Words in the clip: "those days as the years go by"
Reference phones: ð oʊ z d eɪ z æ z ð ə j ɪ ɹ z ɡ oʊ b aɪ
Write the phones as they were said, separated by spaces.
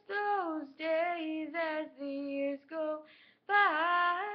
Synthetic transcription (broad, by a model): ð oʊ z d eɪ z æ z ð ə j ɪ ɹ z ɡ oʊ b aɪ